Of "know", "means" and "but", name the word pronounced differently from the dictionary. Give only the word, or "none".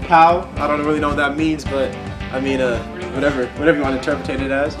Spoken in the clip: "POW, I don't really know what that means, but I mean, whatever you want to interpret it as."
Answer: none